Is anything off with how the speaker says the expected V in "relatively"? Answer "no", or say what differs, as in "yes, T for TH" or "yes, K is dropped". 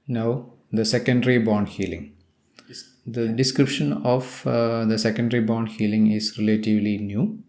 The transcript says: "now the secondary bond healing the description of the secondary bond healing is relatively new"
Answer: no